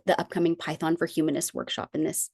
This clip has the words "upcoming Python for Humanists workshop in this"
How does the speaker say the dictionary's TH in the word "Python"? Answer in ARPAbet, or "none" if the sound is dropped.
TH